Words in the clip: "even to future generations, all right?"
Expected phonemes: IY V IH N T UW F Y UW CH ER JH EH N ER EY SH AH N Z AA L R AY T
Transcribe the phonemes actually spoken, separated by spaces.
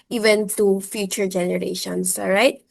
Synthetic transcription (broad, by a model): IY V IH N T UW F Y UW CH ER JH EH N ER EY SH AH N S R AY T